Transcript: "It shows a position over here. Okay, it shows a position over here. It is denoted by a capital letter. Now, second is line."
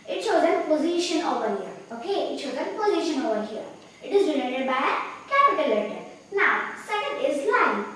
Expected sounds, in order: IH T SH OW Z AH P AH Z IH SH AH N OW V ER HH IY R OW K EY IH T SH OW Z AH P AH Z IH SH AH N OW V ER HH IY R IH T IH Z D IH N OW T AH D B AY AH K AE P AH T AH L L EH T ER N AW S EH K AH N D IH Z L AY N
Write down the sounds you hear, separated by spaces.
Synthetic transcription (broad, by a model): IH T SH OW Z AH P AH Z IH SH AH N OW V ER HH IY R OW K EY IH T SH OW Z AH P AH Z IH SH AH N OW V ER HH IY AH IH T IH Z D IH L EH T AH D B AY AH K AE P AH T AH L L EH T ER N AW S EH K AH N D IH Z L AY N